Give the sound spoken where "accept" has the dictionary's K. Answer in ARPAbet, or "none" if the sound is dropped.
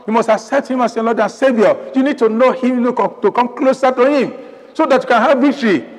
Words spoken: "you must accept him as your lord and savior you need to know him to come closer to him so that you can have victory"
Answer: none